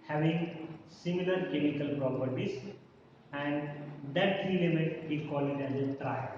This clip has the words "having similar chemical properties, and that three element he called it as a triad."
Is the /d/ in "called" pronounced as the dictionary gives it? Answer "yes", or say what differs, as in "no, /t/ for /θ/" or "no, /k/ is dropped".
no, /d/ is dropped